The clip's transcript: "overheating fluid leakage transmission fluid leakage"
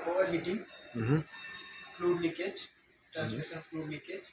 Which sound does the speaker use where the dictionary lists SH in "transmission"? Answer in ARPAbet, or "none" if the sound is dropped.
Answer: S